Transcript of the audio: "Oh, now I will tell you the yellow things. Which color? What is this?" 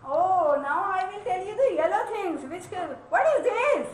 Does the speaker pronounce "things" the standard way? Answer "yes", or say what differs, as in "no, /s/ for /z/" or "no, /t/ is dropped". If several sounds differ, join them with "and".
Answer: no, /t/ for /θ/